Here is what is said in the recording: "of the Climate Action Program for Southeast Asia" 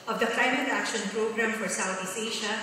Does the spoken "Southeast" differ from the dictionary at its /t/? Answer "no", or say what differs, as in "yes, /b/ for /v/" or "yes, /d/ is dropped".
yes, /t/ is dropped